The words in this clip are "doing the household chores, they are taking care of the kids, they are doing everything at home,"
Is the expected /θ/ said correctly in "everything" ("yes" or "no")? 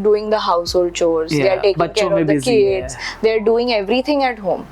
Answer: no